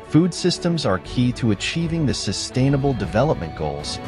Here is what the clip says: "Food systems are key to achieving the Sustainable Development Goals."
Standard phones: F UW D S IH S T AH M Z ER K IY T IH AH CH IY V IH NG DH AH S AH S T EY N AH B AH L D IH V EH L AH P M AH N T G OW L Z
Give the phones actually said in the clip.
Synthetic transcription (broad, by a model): F UW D S IH S T AH M Z ER K IY T IH AH CH IY V IH NG DH AH S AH S T EY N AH B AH L D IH V EH L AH P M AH N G OW L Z